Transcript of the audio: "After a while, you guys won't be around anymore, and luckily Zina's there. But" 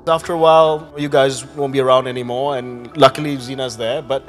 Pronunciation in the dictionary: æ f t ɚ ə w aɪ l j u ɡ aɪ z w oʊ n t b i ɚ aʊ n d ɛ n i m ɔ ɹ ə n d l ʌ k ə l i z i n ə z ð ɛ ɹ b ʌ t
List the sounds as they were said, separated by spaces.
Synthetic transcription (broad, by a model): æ f t ɚ ə w aɪ l j u ɡ aɪ z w oʊ n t b i ɚ aʊ n d ɛ n i m ɔ ɹ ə n l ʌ k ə l i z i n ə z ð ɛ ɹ b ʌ t